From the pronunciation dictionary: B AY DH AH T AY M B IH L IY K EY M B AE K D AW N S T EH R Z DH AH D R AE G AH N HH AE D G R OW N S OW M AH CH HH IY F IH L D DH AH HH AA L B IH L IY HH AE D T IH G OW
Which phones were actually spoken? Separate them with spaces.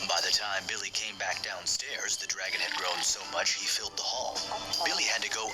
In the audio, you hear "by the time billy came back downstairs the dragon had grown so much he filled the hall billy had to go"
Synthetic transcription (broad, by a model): B AY DH AH T AY M B IH L IY K EY M B AE K D AW N S T EH R Z DH AH D R AE G AH N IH D G R OW N S OW M AH CH HH IY F IH L D DH AH HH AA L B IH L IY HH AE D T IH G OW